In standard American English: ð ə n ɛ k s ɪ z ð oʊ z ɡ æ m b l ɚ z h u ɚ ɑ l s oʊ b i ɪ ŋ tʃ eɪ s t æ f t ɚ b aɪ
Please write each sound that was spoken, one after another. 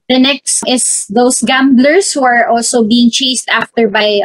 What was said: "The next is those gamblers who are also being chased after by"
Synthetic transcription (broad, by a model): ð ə n ɛ k s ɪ s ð oʊ s ɡ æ m b l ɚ s h u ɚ ɑ l s oʊ b i ɪ ŋ tʃ eɪ s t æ f t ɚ b aɪ